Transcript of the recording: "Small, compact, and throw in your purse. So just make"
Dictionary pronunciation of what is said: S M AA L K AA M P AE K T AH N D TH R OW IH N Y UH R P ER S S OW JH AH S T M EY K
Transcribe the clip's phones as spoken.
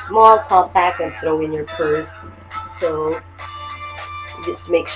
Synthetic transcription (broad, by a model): M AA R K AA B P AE K AH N TH R OW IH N Y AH R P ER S S OW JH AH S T M EY K